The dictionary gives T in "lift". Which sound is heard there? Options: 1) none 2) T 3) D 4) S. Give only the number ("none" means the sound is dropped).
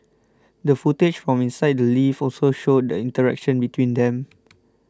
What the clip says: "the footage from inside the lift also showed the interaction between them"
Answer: 1